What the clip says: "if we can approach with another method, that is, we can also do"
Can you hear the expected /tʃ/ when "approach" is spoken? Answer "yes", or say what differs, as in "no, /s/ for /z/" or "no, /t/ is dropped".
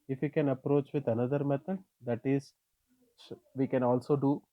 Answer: yes